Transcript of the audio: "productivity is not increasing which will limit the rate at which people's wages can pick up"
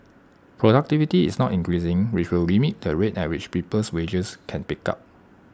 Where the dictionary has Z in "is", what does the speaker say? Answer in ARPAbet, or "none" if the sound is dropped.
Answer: S